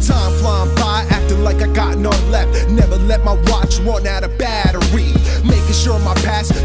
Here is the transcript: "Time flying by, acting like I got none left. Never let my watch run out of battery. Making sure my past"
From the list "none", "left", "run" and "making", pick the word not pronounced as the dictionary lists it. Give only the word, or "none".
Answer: run